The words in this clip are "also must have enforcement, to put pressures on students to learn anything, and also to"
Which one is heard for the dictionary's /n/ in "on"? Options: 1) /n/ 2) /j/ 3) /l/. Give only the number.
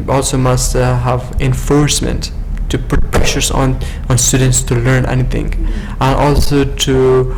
1